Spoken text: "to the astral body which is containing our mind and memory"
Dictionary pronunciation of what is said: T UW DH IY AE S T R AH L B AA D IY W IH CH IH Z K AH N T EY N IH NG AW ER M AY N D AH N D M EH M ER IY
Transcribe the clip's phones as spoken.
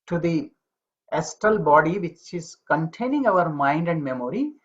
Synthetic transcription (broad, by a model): T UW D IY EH S T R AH L B AA D IY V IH CH IH Z K AH N T EY N IH NG AW ER M AY N D AH N D M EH M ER IY